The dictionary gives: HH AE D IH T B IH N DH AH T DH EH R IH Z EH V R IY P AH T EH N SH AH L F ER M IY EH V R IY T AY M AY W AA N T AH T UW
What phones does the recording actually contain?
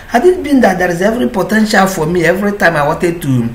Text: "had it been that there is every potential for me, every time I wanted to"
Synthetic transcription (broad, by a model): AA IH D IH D B IH N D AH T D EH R IH Z EH V R IY P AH T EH N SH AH L F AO M IY EH V R IY T AY M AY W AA T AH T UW